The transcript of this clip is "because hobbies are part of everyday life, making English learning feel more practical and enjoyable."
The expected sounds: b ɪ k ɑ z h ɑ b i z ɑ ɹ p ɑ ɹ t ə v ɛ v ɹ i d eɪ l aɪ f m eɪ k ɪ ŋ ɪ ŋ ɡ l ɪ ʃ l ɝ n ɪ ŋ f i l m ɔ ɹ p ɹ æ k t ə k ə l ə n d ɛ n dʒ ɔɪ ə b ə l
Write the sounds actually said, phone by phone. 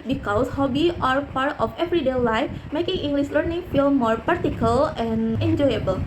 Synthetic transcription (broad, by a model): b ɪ k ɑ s h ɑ b i ɑ ɹ p ɑ ɹ t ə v ɛ v ɹ i d eɪ l aɪ f m eɪ k ɪ ŋ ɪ ŋ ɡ l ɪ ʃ l ɝ n ɪ ŋ f i l m ɔ ɹ p ɑ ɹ t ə k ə l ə n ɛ n dʒ ɔɪ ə b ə l